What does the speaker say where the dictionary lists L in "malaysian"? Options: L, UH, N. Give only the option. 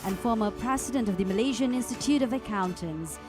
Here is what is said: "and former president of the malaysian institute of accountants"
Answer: L